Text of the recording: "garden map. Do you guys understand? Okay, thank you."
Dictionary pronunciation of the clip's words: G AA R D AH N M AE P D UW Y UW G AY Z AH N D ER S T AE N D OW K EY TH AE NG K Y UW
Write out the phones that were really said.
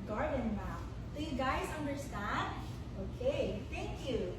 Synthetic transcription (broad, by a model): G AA R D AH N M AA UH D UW Y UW G AY Z AH N D ER S T AE N D OW K EY TH AE NG K Y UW